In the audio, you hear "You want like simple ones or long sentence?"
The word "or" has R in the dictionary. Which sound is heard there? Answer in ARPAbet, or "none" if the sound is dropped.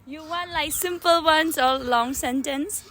L